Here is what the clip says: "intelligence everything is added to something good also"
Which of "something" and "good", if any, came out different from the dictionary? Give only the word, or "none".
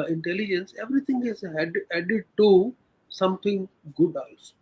something